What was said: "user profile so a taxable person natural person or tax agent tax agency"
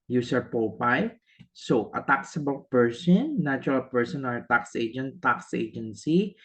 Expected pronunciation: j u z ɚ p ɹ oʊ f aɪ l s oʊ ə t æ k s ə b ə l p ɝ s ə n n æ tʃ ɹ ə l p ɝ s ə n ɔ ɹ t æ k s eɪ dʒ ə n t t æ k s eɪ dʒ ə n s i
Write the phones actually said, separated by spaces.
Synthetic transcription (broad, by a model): j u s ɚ p oʊ p aɪ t s oʊ ə t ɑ k s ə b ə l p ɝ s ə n n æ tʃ ɹ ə l p ɝ s ə n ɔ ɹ t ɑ k s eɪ dʒ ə n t t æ k s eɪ dʒ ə n s i